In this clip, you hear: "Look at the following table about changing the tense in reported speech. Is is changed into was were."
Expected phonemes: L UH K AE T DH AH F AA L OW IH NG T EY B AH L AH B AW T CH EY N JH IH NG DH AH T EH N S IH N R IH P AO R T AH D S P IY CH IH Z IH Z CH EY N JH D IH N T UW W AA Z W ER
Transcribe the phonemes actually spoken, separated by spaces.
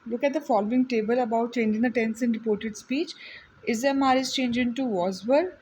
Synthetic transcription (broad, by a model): L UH K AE T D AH F AA L OW IH NG T EY B AH L AH B AW T CH EY N JH IH NG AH T EH N S IH N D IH P AO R T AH D S P IY CH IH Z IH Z CH EY N JH IH N T UW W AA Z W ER